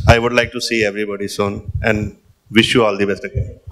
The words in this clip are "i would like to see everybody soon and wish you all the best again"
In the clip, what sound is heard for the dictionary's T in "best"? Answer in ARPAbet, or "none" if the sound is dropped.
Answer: T